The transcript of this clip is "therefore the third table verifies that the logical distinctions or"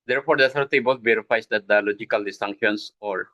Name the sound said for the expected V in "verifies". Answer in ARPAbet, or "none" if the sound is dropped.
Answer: B